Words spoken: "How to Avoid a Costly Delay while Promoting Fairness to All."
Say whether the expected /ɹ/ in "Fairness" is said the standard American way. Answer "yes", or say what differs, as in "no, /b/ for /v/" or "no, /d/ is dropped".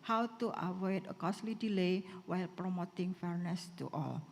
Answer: yes